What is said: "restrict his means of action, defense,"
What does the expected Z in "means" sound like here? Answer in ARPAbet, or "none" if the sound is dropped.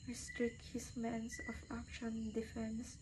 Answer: S